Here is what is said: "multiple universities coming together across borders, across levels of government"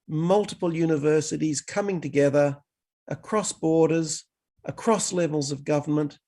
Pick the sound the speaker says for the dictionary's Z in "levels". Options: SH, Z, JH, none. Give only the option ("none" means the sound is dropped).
Z